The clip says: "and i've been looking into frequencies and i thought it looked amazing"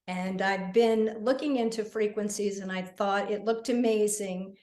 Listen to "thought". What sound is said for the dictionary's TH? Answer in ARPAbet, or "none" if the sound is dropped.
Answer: TH